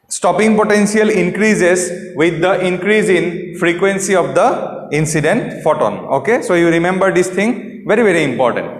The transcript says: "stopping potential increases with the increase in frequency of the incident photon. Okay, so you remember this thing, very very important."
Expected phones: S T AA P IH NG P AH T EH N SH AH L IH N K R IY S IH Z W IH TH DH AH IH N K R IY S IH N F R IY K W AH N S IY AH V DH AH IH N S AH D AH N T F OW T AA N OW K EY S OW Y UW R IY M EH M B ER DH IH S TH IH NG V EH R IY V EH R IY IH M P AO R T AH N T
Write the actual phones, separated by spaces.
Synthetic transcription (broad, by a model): S T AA P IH NG P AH T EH N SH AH L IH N K R IY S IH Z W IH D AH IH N K R IY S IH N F R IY K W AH N S IY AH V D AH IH N S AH D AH N T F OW T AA N OW K EY S OW Y UW R IY M EH M B ER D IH S T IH NG V EH R IY V EH R IY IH M P AO R T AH N T